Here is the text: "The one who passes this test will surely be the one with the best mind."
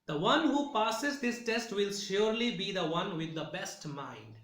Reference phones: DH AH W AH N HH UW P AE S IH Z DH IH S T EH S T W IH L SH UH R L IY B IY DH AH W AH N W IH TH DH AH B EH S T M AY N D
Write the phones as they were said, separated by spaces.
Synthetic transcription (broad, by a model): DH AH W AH N HH UW P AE S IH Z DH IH S T EH S T W IH L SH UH R L IY B IY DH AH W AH N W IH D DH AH B EH S T M AY N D